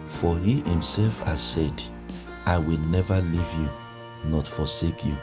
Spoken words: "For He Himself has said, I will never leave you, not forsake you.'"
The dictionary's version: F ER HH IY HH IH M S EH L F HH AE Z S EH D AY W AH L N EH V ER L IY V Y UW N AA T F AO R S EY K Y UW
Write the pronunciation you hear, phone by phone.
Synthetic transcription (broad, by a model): F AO HH IY HH IH M S EH L F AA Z S EH D AY W AH L N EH V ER L IY V Y UW N AA T F AO S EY K Y UW